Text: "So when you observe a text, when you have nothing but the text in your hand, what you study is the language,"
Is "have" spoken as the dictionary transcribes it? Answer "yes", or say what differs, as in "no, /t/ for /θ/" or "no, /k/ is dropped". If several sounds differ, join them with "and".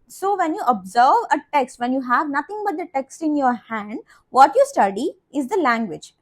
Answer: yes